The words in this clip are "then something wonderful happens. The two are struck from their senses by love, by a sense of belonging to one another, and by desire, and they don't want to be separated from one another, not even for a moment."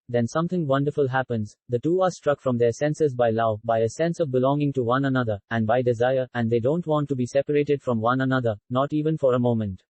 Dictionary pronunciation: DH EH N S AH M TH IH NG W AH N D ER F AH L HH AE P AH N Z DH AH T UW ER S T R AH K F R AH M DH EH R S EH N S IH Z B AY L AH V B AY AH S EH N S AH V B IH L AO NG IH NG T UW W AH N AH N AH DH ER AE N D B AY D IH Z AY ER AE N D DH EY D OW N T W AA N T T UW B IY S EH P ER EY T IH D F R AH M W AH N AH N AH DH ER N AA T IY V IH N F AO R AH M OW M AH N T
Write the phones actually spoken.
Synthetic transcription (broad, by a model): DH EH N S AH M T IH NG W AH N D ER F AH L HH AE P AH N Z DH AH T UW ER S T R AH K F R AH M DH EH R S EH N S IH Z B AY L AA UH B AY AH S EH N S AH V B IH L AO NG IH NG T UW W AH N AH N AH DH ER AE N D B AY D IH Z AY ER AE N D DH EY D OW N T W AA N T T UW B IY S EH P ER EY T IH D F R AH M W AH N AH N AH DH ER N AA T IY V IH N F AO R AH M OW M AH N T